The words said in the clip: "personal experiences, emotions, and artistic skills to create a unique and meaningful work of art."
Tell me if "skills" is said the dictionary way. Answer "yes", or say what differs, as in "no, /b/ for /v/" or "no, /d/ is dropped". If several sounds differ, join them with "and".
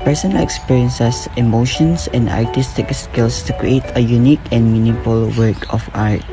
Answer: no, /s/ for /z/